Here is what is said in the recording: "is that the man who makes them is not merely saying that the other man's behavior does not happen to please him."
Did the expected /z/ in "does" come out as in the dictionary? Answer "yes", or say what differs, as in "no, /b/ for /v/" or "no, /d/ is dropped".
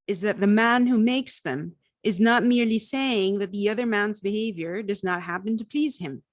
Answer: yes